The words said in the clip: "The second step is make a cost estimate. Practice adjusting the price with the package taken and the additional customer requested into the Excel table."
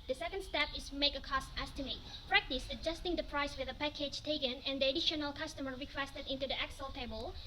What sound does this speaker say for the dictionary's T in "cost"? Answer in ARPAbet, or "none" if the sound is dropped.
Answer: T